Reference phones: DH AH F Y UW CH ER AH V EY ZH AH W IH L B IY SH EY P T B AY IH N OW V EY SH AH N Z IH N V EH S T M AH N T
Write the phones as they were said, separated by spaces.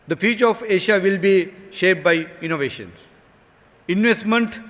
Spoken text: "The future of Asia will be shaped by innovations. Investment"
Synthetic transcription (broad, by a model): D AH F Y UW CH ER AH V EY SH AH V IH L B IY SH EY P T B AY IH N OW V EY SH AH N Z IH N V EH S T M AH N T